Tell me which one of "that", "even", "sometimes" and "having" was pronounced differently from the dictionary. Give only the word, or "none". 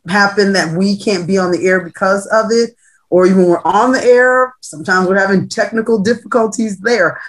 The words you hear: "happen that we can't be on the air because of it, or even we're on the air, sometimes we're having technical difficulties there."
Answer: none